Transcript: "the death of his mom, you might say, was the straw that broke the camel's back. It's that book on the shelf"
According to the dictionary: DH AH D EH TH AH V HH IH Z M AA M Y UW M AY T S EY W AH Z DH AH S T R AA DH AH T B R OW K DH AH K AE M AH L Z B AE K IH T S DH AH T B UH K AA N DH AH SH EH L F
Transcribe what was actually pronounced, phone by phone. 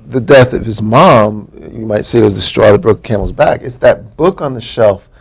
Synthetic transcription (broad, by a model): DH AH D EH TH AH V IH Z M AA M Y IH M AY T S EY W AH Z DH AH S T R AA DH AH T B R OW K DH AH K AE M L Z B AE K IH T S DH AH T B UH K N DH AH SH EH L F